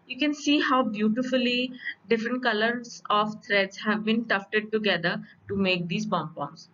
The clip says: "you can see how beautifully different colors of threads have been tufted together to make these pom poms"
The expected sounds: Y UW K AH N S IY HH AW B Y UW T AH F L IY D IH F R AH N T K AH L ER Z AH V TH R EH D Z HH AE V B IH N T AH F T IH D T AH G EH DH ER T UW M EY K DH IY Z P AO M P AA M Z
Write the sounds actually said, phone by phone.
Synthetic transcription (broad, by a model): Y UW K AH N S IY HH AW B Y UW T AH F L IY D IH F R AH N T K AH L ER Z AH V T R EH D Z HH AE V B IH N T AH F T IH D T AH G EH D ER T UW M EY K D IY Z B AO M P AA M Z